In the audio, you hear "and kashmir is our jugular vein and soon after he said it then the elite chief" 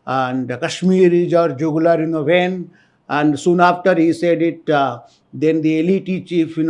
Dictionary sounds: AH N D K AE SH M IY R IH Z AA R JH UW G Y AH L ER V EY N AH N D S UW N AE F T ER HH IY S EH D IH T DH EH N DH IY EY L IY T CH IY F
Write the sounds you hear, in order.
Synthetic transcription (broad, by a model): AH N D K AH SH M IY R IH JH AA R JH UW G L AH N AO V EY N AH N D S UW N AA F T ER HH IY S EH D IH T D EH N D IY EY L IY T CH IY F